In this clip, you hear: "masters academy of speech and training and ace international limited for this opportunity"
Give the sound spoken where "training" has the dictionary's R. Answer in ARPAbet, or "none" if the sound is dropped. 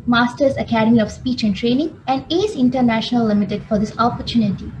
R